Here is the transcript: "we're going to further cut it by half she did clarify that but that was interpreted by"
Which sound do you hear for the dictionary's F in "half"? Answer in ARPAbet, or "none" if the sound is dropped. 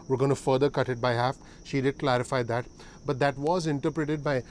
F